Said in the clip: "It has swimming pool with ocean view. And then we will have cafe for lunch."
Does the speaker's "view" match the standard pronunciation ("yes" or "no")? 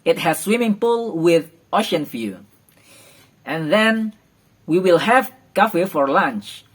no